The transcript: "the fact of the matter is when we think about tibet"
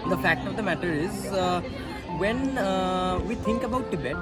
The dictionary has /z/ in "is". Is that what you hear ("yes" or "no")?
yes